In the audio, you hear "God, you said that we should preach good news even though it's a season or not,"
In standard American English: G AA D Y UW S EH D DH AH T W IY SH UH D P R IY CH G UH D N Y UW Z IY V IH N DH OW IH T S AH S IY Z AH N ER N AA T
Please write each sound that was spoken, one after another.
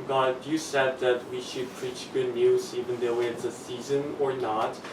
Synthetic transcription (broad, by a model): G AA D Y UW S EH D DH AH T W IY SH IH D P R IY CH G UH D N Y UW Z IY V IH N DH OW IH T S AH S IY Z AH N ER N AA T